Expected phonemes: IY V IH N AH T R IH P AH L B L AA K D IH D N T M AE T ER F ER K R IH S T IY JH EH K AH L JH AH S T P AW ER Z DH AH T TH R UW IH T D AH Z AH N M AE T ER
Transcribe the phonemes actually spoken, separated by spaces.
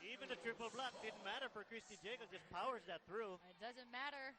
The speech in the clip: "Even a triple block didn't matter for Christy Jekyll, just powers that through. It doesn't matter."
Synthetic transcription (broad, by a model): IY V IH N AH T R IH P AH L B L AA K D IH D N T M AE T ER F ER K R IH S T IY JH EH AH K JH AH S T P AW ER Z DH AH T TH R UW IH T D AH Z AH N M AE T ER